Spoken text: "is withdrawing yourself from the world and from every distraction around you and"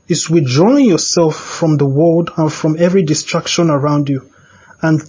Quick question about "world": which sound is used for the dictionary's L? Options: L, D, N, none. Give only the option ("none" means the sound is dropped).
L